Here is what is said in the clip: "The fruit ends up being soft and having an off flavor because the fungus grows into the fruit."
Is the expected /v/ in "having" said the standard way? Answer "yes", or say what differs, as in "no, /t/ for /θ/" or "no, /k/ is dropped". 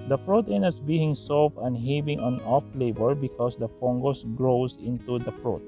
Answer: no, /b/ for /v/